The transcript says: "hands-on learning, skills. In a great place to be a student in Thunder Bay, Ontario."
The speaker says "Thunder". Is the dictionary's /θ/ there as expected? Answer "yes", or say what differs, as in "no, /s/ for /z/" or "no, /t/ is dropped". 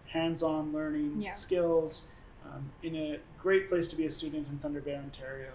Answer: yes